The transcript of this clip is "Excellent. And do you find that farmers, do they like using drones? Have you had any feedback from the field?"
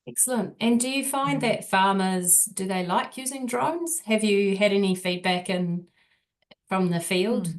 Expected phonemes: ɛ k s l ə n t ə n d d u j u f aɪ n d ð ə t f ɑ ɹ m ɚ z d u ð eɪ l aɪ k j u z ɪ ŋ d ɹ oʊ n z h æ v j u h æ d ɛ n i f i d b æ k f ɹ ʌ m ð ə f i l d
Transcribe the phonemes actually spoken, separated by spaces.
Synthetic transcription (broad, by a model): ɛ k s l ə n t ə n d d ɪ j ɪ f aɪ n ð ə t f ɑ ɹ m ɚ z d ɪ ð eɪ l aɪ k j u z ɪ ŋ d ɹ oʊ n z h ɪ v j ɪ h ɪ d ɛ n i f i d b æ k f ɹ ʌ m ð ə f i l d